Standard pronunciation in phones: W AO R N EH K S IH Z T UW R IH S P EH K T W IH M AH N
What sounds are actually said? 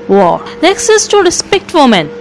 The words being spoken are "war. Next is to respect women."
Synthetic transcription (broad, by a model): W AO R N EH K S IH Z T UW R IH S P EH K T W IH M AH N